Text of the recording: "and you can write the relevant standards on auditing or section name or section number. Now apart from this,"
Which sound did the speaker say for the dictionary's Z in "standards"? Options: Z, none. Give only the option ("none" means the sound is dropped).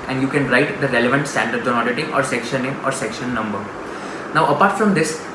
none